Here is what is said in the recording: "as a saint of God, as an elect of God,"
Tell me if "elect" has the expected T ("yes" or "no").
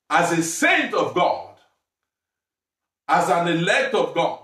yes